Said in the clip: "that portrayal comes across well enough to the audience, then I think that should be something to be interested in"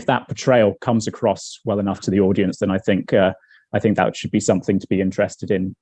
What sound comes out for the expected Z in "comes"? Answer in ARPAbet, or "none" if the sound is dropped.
Z